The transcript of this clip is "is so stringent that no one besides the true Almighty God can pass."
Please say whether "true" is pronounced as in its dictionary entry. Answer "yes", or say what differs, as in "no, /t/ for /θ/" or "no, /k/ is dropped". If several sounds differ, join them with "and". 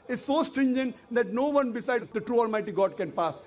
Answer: yes